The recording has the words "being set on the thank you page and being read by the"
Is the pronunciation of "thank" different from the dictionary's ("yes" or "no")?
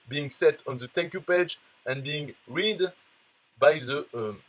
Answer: yes